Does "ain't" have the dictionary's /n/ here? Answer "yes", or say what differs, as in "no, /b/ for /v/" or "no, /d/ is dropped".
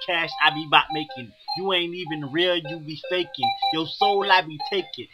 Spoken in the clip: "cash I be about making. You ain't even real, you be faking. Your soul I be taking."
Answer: yes